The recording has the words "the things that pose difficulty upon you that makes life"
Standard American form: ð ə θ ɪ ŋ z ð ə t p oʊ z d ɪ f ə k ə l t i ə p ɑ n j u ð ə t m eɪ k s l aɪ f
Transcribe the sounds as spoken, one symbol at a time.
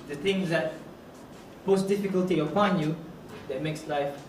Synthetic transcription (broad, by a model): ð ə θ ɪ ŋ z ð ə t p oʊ s d ɪ f ə k ə l t i ə p ɑ n j u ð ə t m eɪ k s l aɪ f